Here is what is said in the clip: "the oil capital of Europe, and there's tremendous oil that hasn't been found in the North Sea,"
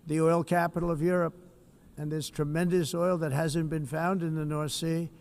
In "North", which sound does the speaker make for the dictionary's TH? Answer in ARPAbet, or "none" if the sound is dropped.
TH